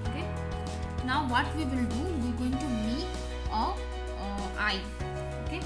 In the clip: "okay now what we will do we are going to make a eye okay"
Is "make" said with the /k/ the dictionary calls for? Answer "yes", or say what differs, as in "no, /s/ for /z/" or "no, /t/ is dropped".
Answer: no, /k/ is dropped